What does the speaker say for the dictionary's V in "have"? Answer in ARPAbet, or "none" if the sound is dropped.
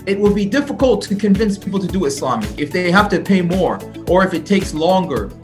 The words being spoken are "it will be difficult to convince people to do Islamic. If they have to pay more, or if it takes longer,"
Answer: F